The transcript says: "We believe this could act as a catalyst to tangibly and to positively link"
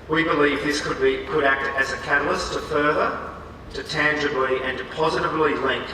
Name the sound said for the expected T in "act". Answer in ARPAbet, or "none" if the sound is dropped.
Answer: T